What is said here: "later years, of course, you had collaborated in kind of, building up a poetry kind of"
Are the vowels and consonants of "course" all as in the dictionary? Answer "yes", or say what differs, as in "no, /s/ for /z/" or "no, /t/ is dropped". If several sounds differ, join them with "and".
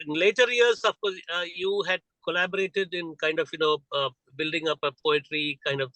no, /s/ is dropped